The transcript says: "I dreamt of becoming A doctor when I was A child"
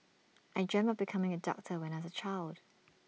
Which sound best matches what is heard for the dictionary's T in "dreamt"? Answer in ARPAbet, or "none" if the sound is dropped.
none